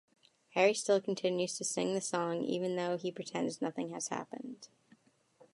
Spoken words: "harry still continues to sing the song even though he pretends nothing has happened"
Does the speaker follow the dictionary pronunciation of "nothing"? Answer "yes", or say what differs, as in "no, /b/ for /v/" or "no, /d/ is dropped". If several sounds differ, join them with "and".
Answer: yes